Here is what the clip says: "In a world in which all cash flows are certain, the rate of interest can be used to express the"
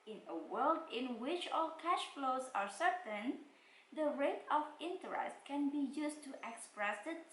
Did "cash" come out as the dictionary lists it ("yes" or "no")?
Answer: yes